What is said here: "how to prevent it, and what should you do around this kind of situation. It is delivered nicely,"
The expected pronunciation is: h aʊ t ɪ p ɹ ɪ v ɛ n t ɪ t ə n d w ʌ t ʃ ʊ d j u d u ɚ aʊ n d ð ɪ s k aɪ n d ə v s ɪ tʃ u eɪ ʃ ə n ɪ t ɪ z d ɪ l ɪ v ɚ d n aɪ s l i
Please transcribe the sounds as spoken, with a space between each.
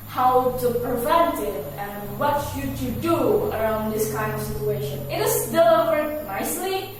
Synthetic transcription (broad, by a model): h aʊ t ɪ p ɹ ɪ v ɛ n t ɪ t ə n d w ʌ t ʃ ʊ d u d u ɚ aʊ n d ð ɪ s k aɪ n d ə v s ɪ tʃ u eɪ ʃ ə n ɪ t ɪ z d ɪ l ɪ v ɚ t n aɪ s l i